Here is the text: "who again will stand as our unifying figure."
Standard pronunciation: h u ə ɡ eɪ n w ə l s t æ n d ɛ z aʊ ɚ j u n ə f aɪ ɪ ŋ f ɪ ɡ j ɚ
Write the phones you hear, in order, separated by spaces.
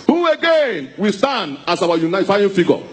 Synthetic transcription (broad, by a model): h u ə ɡ eɪ n w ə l s t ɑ n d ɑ s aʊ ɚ j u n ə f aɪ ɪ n f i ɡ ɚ